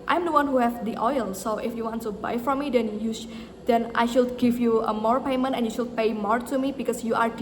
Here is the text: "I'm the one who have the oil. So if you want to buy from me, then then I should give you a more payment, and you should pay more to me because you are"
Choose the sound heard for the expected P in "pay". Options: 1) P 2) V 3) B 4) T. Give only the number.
1